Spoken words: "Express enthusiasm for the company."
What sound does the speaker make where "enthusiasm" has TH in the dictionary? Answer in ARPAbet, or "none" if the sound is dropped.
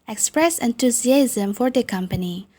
T